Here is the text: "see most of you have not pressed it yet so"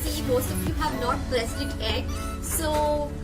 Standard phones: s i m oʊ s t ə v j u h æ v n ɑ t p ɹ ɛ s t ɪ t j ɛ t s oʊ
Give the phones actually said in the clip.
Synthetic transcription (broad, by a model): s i m oʊ s t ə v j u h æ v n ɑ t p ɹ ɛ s ɪ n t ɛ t s oʊ